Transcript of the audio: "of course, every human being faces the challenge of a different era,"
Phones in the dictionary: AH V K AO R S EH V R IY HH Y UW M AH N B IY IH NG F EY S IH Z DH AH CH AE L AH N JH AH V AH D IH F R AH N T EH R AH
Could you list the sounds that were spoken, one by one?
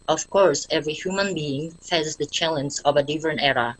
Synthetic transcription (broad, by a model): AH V K AO R S EH V R IY HH Y UW M AH N B IY IH NG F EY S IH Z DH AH CH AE L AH N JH AH V AH D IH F AH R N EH R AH